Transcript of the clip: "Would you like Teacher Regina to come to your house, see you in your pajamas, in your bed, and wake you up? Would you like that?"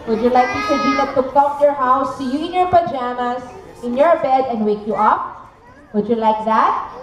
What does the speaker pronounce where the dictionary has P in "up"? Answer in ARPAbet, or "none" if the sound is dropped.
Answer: P